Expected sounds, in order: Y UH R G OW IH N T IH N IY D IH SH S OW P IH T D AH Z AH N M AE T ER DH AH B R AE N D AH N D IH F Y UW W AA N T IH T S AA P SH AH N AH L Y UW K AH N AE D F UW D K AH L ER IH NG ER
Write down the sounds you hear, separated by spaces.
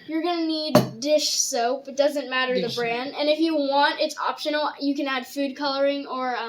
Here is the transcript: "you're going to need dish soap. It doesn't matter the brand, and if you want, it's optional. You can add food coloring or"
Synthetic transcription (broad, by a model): Y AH R G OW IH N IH N IY D IH SH S OW P IH T D AH Z AH N M AE T ER DH AH B R AE N D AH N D IH F Y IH W AA N T IH T S AA P SH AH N L Y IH K AH N AE D F UW D K AH L ER IH NG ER